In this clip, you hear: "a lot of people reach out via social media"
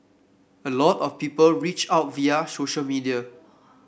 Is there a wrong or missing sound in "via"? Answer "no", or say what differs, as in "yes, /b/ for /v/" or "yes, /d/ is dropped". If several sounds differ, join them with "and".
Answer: no